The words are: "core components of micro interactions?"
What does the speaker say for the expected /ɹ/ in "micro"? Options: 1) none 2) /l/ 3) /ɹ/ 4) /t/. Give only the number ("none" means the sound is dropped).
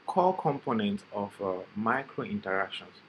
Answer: 3